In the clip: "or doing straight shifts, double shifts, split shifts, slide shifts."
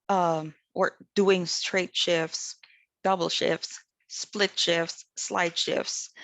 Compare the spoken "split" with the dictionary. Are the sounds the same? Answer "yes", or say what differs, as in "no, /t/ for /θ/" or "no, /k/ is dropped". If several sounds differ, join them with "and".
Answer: yes